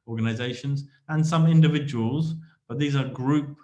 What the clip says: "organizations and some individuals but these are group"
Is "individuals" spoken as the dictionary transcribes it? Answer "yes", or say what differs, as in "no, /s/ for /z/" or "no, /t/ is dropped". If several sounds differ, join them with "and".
yes